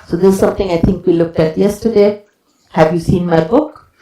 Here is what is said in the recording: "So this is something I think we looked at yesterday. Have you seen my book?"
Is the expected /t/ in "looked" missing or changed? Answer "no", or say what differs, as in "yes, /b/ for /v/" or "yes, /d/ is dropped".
no